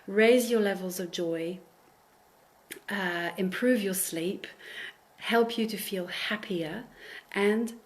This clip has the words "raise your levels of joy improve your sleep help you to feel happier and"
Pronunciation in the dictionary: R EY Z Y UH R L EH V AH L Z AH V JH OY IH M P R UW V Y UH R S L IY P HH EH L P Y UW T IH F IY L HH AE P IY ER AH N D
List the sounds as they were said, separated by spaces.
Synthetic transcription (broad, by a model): R EY Z Y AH R L EH V AH L Z AH V JH OY IH M P R UW V Y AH R S L IY P HH EH L P Y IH T IH F IY L HH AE P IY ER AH N